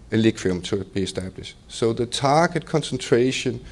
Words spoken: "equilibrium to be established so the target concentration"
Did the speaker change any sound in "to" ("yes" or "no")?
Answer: yes